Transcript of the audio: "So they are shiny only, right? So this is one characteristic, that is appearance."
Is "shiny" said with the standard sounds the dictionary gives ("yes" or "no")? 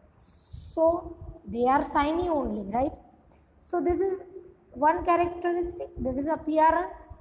no